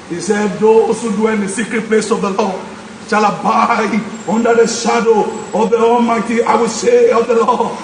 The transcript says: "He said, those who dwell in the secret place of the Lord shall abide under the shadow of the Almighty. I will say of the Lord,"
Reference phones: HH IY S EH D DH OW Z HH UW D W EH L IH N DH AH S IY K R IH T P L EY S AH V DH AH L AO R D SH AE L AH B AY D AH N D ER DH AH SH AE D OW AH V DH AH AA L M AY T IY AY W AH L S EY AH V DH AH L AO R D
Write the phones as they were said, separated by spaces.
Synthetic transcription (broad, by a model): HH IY S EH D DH OW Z HH UW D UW IH N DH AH S IY K R IH T P L EY S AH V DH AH L AO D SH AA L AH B AY AO N D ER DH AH SH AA D OW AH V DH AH AA L M AY T IY AY W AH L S EY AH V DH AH L AO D